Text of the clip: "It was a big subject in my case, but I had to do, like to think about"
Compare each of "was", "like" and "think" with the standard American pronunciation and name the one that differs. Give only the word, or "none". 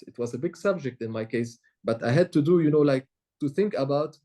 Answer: none